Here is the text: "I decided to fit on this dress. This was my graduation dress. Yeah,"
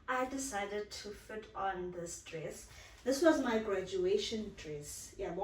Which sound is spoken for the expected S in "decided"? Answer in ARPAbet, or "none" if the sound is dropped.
S